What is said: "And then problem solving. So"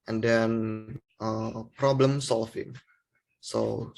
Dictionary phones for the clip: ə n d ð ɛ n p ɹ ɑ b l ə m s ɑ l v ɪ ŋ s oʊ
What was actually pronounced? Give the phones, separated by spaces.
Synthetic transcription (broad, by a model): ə n d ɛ n p ɹ ɑ b l ə m s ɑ l f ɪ ŋ s oʊ